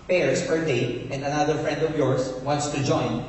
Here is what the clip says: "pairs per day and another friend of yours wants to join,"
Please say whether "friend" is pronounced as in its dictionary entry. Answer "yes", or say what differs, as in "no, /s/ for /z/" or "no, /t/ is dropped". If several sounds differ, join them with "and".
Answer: yes